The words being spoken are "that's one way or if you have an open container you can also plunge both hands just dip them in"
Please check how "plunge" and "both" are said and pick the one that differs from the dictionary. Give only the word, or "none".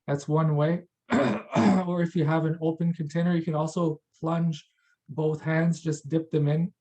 none